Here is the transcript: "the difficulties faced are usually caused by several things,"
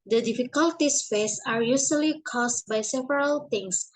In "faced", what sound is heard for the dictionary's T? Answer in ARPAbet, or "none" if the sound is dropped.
none